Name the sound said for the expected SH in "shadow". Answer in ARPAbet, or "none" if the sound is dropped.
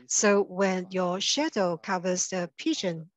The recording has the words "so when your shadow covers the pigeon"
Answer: SH